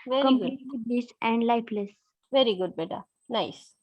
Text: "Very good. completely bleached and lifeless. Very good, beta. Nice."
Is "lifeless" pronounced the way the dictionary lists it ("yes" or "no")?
no